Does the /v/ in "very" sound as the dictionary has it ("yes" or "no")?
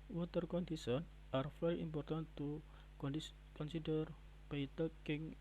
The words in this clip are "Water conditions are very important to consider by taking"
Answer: no